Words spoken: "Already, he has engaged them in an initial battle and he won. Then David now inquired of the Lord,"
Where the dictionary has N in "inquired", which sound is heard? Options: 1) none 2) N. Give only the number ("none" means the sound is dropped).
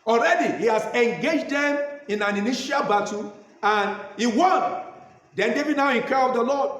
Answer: 1